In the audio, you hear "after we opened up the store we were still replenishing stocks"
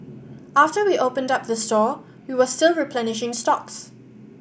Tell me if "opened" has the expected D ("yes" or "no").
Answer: yes